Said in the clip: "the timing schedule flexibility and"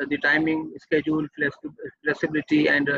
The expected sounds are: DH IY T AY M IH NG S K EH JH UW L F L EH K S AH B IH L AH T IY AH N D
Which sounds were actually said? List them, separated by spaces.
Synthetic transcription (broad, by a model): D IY T AY M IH NG S K EH JH UW L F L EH K S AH B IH L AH T IY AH N D